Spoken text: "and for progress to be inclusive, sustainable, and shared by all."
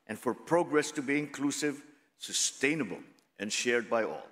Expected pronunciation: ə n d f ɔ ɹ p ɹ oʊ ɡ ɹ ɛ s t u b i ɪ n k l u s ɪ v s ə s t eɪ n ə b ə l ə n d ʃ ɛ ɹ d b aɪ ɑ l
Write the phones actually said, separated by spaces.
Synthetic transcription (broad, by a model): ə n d f ɔ ɹ p ɹ oʊ ɡ ɹ ɛ s t u b i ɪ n k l u s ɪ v s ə s t eɪ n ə b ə l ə n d ʃ ɛ ɹ d b aɪ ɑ l